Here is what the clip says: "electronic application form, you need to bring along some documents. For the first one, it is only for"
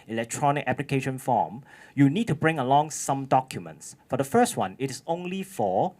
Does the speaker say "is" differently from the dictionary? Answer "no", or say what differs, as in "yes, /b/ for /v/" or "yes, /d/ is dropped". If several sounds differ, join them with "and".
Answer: yes, /s/ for /z/